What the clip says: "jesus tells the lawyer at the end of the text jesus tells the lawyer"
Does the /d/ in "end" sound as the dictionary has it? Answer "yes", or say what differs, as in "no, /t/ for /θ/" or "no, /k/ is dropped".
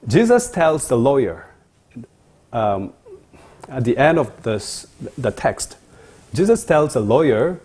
yes